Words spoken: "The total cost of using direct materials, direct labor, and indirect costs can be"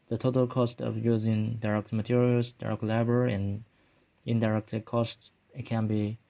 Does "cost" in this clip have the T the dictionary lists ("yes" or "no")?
yes